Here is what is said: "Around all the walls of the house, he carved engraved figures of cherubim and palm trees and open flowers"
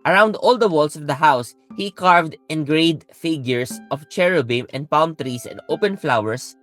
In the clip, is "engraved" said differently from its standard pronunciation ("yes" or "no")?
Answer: yes